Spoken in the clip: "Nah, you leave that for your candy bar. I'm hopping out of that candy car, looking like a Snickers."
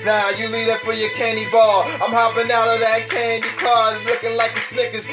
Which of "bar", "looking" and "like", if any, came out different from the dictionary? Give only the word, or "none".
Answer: bar